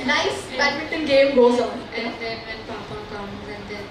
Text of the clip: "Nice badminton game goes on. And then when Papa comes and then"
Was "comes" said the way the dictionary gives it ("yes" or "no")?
no